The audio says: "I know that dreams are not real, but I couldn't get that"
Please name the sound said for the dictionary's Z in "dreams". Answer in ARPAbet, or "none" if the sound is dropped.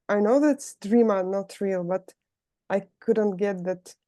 none